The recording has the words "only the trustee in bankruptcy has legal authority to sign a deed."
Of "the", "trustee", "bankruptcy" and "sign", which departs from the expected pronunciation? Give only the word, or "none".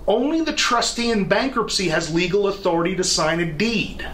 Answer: none